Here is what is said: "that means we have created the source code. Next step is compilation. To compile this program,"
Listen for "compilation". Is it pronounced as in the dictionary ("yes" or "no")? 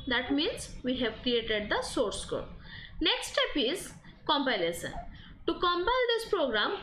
no